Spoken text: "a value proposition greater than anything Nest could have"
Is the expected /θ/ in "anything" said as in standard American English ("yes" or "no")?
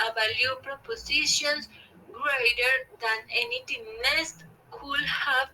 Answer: no